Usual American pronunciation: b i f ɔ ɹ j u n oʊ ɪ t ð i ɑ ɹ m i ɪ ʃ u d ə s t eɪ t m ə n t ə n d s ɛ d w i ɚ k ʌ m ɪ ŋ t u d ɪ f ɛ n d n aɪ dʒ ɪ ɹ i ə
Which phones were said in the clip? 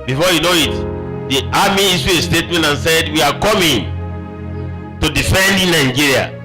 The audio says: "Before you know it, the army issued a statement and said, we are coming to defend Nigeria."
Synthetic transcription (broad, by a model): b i f ɔ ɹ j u n oʊ ɪ t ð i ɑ m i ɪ s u ə s t eɪ t m ə n t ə n s ɛ d w i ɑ k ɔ m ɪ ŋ t u d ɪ f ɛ n d n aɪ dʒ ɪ ɹ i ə